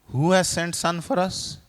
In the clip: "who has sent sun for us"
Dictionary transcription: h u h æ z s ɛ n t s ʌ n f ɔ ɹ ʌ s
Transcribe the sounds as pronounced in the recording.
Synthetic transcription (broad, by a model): h u h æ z s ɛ n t s ʌ n f ɔ ɹ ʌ s